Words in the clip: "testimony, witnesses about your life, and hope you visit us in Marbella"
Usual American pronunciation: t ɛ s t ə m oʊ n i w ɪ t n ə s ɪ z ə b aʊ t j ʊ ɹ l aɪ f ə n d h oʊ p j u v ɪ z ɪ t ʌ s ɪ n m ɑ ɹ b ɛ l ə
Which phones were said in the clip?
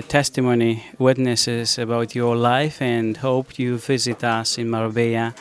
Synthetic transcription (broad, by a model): t ɛ s t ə m oʊ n i w ɪ t n ə s ɪ z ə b aʊ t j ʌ ɹ l aɪ f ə n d h oʊ p j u v ɪ z ɪ t ʌ s ɪ n m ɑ ɹ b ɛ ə